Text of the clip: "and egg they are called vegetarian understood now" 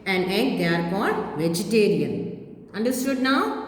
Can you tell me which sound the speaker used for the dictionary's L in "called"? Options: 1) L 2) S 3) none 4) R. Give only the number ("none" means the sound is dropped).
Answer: 3